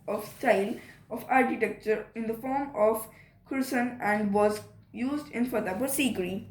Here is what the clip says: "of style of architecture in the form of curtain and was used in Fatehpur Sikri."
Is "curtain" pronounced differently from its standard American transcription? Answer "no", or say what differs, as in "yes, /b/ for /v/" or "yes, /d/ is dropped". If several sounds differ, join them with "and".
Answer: yes, /s/ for /t/